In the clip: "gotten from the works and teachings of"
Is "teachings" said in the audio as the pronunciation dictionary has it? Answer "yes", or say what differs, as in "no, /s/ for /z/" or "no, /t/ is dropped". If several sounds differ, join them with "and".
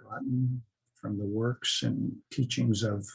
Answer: yes